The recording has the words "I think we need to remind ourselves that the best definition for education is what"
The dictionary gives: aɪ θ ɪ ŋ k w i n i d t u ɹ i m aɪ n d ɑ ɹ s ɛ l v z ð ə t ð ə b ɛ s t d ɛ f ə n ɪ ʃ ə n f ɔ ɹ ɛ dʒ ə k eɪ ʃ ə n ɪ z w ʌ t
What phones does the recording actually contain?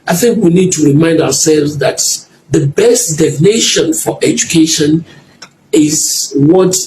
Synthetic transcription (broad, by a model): aɪ θ ɪ ŋ k w i n i d t u ɹ i m aɪ n d ɑ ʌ s ɛ l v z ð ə t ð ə b ɛ s t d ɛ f n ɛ ʃ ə n f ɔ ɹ ɛ dʒ ə k eɪ ʃ ə n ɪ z w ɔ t